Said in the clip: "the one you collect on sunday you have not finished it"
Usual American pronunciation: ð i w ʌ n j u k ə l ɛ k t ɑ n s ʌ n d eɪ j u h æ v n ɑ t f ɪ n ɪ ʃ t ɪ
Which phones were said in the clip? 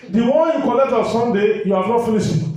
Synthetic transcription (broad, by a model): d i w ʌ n j u k ə l ɛ k t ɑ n s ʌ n d eɪ j u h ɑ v n ɑ t f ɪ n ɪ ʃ ɪ